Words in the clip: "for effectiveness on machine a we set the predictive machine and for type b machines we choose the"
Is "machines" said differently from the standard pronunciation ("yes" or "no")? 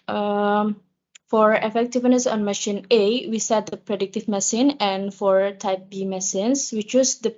yes